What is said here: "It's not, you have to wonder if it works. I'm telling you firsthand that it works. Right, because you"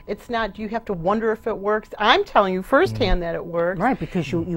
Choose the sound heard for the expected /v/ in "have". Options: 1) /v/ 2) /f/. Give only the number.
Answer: 2